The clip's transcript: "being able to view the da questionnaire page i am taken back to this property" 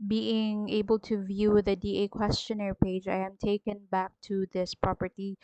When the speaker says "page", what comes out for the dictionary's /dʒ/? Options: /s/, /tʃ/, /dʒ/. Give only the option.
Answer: /dʒ/